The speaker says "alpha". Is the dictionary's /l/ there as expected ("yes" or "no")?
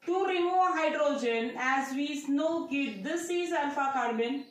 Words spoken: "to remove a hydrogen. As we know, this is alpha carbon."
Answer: no